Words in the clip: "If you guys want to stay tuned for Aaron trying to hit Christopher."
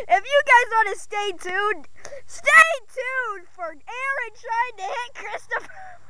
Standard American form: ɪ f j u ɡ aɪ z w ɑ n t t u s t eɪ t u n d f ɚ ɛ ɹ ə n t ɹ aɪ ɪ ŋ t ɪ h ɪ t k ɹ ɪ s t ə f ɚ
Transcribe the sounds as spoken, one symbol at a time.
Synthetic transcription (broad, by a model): ɪ f j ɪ ɡ aɪ z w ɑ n t t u s t eɪ t u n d f ɚ ɛ ɹ ə n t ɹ aɪ ɪ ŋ t ɪ h ɪ t k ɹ ɪ s t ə f ɚ